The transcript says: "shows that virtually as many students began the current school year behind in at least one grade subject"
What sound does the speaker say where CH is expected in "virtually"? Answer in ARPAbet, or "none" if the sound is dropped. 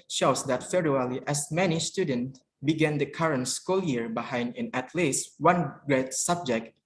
none